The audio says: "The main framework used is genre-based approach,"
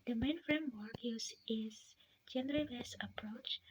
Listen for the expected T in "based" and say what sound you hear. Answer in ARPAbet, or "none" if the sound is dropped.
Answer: none